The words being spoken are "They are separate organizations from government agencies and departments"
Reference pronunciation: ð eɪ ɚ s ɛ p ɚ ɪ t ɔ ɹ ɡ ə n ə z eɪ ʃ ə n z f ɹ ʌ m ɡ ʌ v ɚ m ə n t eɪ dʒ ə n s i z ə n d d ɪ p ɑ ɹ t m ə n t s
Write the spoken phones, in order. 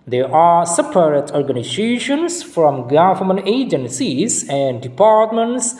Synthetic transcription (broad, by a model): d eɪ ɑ s ɛ p ɚ ɪ t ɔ ɹ ɡ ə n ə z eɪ ʃ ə n s f ɹ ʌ m ɡ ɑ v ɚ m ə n eɪ dʒ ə n s i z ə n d d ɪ p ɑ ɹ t m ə n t s